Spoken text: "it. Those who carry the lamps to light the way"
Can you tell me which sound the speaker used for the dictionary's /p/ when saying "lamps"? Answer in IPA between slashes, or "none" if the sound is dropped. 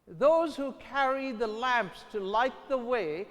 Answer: /p/